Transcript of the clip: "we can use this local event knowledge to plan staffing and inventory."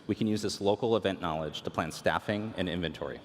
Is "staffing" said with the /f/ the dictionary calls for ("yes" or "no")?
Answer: yes